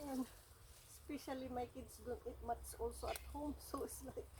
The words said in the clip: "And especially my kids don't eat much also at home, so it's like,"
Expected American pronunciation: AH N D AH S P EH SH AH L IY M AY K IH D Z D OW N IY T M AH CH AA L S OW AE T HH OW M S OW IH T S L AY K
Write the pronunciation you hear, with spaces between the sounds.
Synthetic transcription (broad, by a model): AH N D S P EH SH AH L IY M AY K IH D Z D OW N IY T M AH S AA L S OW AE T HH OW M S OW IH T S L AY K